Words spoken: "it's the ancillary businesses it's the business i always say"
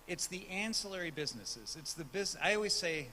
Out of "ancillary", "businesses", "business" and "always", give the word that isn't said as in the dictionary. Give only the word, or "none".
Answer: business